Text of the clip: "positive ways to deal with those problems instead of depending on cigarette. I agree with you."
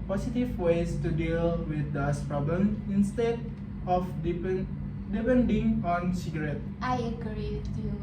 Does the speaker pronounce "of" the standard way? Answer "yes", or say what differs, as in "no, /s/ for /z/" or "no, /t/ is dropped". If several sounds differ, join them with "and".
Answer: no, /p/ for /v/